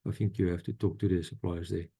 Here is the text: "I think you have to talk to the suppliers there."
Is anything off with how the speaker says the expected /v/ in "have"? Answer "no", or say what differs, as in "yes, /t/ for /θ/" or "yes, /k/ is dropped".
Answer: yes, /f/ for /v/